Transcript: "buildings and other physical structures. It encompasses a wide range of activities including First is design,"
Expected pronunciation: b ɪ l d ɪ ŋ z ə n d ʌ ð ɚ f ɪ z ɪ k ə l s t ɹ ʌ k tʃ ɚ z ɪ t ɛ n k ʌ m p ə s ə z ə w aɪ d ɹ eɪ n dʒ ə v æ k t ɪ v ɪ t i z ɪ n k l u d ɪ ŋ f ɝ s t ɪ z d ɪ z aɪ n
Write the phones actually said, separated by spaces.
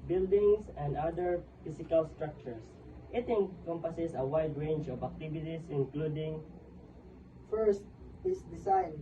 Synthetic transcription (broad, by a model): b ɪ l d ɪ ŋ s ə n d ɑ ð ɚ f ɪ s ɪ k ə l s t ɹ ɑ k tʃ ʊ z ɪ t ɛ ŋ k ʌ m p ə s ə s ə w aɪ d ɹ eɪ n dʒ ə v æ k t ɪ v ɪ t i s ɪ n k l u d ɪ ŋ f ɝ s t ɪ s d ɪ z aɪ n